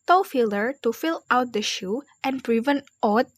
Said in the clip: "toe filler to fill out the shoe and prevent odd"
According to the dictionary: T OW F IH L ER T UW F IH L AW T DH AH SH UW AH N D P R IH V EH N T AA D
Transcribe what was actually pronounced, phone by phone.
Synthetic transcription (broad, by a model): T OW F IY L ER T UW F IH L AW T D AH SH UW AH N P R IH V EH N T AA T